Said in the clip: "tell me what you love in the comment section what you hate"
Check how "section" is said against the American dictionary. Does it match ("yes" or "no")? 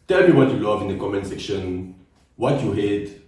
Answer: yes